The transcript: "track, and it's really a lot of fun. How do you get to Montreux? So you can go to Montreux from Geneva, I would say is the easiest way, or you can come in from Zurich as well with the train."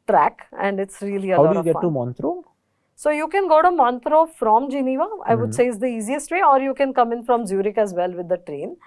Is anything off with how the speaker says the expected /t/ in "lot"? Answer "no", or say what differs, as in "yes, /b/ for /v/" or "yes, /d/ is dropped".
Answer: yes, /t/ is dropped